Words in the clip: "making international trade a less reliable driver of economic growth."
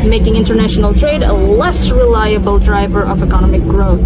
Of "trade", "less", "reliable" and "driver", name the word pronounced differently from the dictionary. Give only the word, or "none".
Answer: none